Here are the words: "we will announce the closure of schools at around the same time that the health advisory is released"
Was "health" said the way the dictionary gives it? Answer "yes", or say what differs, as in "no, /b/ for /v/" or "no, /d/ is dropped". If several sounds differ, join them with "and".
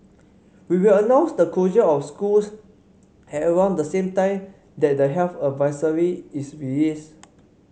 no, /f/ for /θ/